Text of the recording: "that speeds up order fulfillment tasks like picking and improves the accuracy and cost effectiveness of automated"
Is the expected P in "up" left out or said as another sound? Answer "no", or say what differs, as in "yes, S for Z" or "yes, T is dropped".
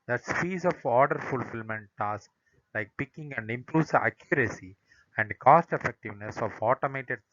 yes, F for P